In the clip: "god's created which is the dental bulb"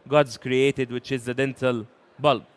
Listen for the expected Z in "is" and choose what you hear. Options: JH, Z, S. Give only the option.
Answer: Z